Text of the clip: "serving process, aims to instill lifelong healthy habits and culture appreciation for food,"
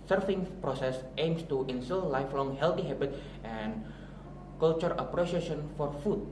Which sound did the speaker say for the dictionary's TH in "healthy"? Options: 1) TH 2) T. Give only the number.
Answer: 2